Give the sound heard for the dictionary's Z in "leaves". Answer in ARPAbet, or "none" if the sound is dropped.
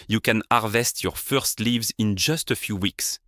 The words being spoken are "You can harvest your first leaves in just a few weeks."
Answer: Z